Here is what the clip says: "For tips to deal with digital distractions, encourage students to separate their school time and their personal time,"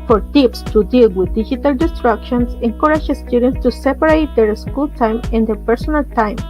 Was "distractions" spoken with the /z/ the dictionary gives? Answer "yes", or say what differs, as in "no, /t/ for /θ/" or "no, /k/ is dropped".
no, /s/ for /z/